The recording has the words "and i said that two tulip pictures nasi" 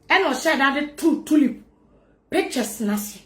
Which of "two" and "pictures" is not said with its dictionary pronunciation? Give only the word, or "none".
pictures